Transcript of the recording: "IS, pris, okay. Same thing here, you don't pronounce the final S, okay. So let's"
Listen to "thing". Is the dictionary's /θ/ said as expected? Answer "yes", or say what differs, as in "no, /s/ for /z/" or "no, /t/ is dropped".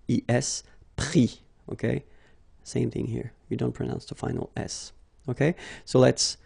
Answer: yes